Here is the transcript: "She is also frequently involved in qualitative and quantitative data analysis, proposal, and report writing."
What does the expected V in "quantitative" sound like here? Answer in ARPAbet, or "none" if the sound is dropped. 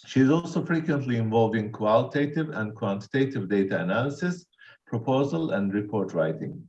V